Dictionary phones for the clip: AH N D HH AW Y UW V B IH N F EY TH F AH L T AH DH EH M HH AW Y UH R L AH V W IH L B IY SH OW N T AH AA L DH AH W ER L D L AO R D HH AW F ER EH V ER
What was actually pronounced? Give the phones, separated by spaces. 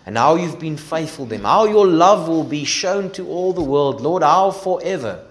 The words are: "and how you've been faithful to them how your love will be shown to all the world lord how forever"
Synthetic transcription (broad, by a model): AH N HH AW Y UW V B IH N F EY TH F AH L DH EH M HH AW Y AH R L AH V W IH L B IY SH OW N T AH AA L DH AH W ER L D L AO R D HH AW F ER EH V ER